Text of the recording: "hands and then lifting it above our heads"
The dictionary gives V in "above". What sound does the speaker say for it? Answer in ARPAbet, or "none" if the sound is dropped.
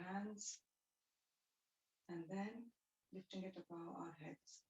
none